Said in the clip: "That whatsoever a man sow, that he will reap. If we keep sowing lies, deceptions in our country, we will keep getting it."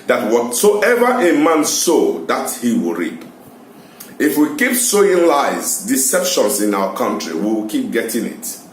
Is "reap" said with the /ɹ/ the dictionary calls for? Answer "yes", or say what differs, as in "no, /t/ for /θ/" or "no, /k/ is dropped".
yes